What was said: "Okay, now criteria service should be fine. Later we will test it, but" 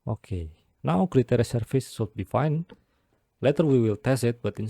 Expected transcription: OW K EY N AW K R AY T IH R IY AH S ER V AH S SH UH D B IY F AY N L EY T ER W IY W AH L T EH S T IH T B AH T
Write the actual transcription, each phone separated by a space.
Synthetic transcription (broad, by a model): OW K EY N AW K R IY T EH R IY S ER F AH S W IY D B IY F AY N L EY T ER W IY W AH L T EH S IH T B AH T